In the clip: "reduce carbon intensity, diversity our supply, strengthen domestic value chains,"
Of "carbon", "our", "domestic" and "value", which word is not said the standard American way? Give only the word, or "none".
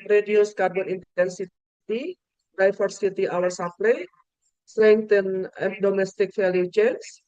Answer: value